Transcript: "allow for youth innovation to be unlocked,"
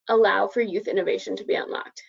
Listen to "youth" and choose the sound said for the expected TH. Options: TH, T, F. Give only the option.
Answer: TH